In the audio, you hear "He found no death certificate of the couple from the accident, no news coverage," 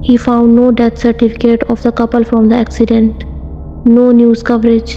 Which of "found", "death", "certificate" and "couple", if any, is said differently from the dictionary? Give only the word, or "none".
death